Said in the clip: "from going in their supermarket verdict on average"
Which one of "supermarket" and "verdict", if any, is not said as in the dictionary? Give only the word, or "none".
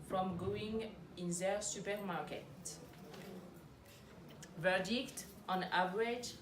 none